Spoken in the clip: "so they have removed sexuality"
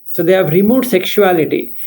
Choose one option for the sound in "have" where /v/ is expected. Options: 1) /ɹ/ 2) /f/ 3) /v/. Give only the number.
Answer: 3